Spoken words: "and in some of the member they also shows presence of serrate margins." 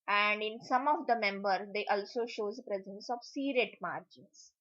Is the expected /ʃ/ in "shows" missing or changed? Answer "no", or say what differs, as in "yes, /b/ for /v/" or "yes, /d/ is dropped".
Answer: no